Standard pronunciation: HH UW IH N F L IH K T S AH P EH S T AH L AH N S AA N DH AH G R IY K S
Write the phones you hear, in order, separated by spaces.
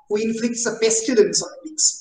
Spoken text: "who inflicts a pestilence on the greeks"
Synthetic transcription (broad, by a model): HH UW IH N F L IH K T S AH B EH S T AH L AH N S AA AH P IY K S